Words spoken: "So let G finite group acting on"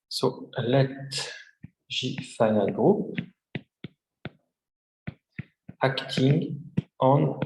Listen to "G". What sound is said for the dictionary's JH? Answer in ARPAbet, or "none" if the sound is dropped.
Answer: ZH